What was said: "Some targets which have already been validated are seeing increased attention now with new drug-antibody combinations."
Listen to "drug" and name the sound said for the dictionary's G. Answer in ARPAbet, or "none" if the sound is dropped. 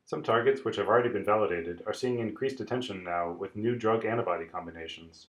G